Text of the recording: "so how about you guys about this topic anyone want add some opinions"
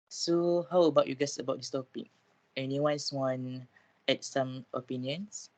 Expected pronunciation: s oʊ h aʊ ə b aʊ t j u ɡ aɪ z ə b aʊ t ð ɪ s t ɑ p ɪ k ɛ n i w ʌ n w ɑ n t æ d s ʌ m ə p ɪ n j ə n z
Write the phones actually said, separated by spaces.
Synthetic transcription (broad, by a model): s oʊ h aʊ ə b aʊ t j u ɡ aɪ s ə b aʊ t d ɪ s t ɑ p ɪ k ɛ n i w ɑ n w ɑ n ɛ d s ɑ m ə p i n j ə n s